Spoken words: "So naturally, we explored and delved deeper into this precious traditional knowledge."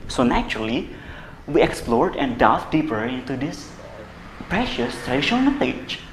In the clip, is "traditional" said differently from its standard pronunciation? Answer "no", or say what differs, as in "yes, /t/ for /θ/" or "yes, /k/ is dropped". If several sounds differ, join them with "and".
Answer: yes, /n/ is dropped